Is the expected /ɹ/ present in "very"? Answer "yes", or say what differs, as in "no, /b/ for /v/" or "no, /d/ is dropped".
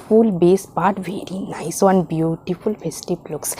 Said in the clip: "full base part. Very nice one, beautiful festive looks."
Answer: yes